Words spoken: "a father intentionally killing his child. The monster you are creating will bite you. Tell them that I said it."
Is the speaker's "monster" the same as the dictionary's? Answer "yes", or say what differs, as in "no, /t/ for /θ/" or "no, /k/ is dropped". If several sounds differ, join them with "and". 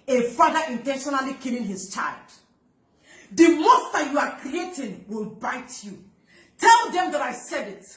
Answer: no, /n/ is dropped